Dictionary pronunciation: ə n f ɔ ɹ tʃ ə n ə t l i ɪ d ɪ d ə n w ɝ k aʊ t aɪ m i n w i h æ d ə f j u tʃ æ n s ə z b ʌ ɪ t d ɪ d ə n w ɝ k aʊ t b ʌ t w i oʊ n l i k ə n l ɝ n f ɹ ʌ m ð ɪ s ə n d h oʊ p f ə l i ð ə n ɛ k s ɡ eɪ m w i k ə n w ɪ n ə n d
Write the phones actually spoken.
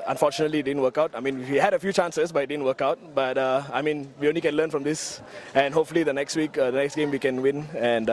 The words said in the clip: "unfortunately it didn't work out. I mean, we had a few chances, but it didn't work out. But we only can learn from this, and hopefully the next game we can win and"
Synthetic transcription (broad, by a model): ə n f ɔ tʃ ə n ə t l i d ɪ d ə n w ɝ k aʊ t aɪ m i n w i h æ d ə f j u tʃ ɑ n s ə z b ɪ t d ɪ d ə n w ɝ k aʊ t b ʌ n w i oʊ n l i k ə n l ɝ n f ɹ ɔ m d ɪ s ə n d h oʊ p f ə w i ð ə n ɛ k s ɡ eɪ m w i k ə n w ɪ n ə n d